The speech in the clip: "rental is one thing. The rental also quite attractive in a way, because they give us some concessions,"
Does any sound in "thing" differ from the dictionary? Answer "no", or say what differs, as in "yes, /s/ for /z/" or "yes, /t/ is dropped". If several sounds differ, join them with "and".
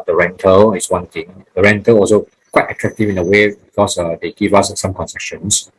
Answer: yes, /t/ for /θ/